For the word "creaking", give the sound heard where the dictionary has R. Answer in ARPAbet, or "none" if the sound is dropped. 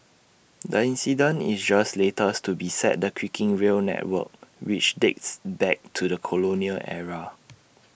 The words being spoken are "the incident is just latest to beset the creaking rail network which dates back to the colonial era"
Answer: W